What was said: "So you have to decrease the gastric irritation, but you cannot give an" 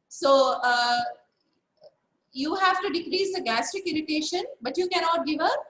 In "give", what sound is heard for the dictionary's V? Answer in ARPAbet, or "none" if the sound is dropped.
V